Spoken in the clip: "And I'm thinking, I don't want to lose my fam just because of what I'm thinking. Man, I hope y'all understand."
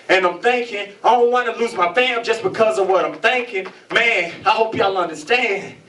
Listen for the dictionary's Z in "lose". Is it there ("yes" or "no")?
yes